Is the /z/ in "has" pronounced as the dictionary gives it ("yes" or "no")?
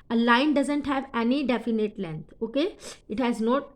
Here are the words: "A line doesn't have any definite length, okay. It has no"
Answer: yes